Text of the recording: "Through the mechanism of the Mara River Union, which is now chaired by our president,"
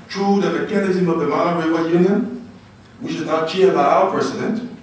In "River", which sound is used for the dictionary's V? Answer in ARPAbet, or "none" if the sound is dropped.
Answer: W